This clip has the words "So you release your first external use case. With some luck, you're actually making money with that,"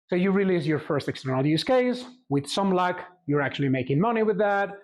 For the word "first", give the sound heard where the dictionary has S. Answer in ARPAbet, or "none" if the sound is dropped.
S